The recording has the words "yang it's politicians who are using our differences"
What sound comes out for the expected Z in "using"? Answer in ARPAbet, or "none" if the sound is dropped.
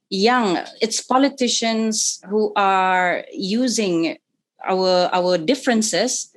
Z